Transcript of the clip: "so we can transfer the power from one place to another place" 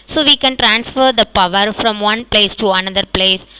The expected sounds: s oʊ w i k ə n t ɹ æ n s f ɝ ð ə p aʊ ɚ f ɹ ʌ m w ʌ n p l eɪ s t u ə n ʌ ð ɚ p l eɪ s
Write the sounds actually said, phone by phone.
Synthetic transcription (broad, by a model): s oʊ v i k ə n t ɹ æ n s f ɝ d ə p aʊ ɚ f ɹ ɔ m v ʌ n p l eɪ s t u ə n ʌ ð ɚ p l eɪ s